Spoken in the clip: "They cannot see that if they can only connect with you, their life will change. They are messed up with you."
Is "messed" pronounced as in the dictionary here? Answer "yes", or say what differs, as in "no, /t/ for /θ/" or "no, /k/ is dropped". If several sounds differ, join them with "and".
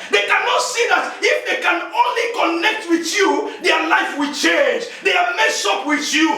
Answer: no, /t/ is dropped